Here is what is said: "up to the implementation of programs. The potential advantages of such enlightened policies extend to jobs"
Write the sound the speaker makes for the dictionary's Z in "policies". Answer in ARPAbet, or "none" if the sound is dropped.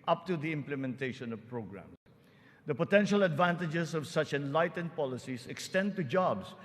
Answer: S